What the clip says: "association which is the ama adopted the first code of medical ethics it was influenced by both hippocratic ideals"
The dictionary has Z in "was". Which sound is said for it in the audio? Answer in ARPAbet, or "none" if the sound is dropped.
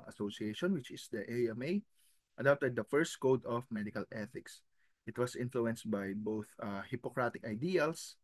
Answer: S